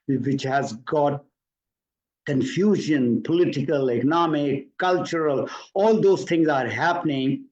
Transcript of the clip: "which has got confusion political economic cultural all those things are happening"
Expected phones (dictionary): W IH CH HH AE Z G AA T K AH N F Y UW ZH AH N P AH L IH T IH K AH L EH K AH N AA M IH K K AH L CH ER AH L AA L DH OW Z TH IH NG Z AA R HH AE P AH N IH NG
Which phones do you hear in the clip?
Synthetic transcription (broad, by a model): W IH CH HH AE Z G AA T K AH N F Y UW ZH AH N P AH L IH T IH K AH L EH K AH N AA M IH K K AH L CH ER AH L AA L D OW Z T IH NG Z AA R HH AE P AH N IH NG